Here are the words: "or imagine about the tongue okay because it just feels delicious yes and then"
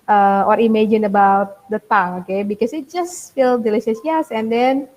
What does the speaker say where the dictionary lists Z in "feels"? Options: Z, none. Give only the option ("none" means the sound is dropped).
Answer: none